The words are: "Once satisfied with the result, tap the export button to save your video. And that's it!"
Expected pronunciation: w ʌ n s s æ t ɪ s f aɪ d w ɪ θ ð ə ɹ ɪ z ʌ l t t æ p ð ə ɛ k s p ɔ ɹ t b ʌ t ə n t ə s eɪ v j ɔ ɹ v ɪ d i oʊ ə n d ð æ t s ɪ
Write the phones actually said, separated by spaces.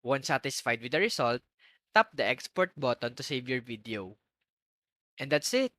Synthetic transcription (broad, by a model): w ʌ n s s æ t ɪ s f aɪ d w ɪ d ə ɹ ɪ s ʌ l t t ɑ p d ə ɛ k s p ɔ ɹ t b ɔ t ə n t ə s eɪ v j ɔ ɹ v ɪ d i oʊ ə n d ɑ t s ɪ